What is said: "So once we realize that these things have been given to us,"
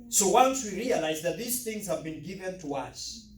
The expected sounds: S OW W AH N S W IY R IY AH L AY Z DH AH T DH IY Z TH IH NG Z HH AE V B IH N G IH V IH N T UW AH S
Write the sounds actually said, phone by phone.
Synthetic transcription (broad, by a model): S OW W AH N S W IY R IY AH L AY Z DH AH T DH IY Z TH IH NG Z HH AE V B IH N G IH V IH N T UW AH S